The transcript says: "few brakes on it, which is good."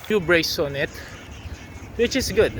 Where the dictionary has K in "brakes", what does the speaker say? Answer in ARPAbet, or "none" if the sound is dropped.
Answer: none